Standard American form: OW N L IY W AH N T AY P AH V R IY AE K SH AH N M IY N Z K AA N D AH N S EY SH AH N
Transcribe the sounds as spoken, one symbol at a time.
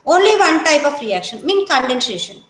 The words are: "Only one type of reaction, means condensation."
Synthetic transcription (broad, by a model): OW N L IY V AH N T AY P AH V R IY AE K SH AH N M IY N K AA N D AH N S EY SH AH N